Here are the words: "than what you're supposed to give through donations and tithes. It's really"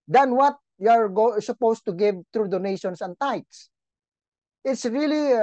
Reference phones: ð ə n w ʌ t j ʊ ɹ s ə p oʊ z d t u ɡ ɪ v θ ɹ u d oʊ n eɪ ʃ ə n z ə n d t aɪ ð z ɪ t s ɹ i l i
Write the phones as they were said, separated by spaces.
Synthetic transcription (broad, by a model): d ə n w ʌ t j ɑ ɹ s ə p oʊ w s t u ɡ ɪ v t ɹ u d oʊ n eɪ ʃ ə n s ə n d t aɪ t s ɪ t s ɹ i l i